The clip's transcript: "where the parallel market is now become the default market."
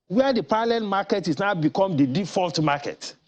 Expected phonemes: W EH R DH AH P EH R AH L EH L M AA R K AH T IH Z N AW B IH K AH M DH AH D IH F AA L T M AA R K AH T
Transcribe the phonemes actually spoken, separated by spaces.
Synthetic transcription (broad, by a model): W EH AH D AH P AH L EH N M AA K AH T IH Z N AW B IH K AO M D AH D IH F AA L T M AA K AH T